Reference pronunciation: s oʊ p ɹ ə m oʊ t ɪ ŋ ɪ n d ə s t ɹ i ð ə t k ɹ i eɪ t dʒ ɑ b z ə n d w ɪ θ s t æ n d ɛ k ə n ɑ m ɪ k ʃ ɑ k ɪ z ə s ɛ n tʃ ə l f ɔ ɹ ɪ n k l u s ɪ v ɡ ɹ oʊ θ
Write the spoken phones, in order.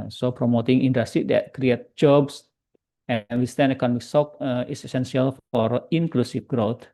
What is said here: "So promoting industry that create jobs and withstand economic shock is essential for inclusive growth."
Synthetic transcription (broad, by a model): s oʊ p ɹ ə m oʊ t ɪ ŋ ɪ n d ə s t ɹ i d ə t k ɹ i eɪ t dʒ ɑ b s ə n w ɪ s t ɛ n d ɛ k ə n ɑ m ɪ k s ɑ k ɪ s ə s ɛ n s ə l f ɔ ɹ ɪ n k l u s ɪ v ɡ ɹ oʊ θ